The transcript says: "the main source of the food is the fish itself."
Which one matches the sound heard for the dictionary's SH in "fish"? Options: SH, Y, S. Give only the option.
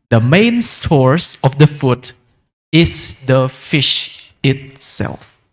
SH